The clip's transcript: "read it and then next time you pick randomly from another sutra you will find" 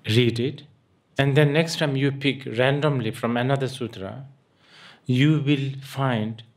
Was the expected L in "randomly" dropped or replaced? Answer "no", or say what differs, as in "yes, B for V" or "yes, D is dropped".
no